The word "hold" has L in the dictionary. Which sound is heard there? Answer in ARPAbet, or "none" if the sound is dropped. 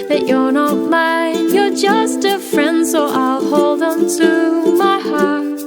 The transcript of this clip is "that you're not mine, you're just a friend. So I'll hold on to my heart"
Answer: L